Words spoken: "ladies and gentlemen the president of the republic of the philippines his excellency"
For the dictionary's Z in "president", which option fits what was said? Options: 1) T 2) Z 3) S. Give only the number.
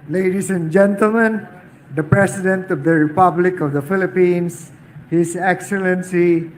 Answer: 3